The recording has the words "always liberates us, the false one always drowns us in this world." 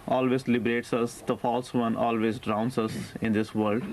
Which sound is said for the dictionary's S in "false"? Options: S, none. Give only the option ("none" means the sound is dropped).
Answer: S